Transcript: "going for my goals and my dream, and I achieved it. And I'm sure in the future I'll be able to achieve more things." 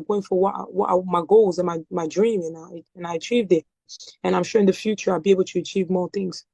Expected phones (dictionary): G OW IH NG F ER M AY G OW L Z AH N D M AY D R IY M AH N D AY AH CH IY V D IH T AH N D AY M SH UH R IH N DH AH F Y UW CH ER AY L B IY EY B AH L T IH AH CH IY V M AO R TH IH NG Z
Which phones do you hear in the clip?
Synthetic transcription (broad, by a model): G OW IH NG F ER M AY G OW L Z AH N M M AY D R IY M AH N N AY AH CH IY V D IH T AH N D AY M SH UH R IH N DH AH F Y UW CH ER AY L B IY EY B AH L T IH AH CH IY V M AO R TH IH NG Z